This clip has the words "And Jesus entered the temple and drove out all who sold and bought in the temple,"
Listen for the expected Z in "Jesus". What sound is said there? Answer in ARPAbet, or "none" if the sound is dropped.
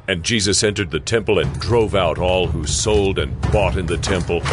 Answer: Z